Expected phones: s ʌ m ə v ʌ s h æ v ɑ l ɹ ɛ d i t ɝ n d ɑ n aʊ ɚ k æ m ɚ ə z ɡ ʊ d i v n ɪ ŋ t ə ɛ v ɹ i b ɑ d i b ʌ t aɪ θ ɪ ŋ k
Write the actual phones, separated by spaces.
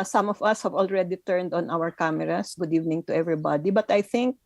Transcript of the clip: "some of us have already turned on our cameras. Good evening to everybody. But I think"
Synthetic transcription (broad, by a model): s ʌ m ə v ʌ s h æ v ɑ l ɹ ɛ d i t ɝ n d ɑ n aʊ ɚ k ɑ m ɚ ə s ɡ ʊ d i v n ɪ ŋ t ə ɛ v ɹ i b ɑ d i b ʌ t aɪ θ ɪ ŋ k